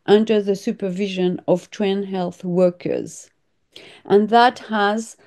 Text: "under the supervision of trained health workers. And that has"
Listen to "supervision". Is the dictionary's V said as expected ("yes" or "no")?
yes